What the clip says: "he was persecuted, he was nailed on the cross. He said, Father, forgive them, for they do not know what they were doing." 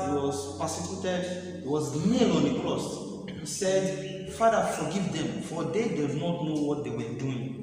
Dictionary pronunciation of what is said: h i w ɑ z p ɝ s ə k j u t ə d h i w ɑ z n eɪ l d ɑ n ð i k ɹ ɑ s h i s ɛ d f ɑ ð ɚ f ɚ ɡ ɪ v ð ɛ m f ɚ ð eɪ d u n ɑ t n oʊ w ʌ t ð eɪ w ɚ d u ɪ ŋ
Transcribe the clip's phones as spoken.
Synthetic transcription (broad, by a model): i w ɑ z p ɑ s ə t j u t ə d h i w ɑ z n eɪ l ɑ n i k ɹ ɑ s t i s ɛ d f ɑ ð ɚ f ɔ ɡ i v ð ɛ m f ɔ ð eɪ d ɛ n ɑ t n oʊ w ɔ t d eɪ w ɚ d u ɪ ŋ